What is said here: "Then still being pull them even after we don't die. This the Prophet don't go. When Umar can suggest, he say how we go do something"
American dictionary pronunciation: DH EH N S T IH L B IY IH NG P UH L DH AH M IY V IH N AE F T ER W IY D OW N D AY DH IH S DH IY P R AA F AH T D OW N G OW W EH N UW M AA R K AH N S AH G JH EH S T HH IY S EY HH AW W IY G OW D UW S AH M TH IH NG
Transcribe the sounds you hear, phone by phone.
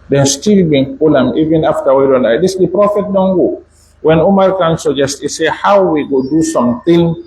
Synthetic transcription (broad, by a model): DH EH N S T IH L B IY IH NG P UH L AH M IY V IH N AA F T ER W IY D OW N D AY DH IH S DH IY P R AA F AH T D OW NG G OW W EH N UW M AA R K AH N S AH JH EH S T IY S EY HH AW W IY G OW D UW S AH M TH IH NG